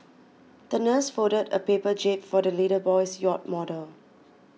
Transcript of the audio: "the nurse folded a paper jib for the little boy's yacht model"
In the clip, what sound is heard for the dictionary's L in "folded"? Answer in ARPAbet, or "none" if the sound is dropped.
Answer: none